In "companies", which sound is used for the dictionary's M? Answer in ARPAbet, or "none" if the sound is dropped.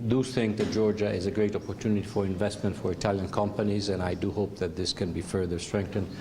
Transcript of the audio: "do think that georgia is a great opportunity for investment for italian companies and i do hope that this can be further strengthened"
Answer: M